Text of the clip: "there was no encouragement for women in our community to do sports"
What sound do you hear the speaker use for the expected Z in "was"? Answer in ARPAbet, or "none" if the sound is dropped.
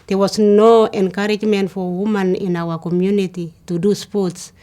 S